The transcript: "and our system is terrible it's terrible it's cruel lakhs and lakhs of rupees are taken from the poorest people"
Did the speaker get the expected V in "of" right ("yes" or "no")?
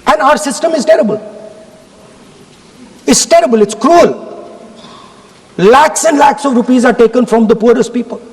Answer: yes